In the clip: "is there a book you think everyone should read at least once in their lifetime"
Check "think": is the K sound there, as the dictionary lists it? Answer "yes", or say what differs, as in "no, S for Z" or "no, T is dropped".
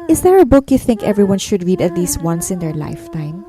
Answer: yes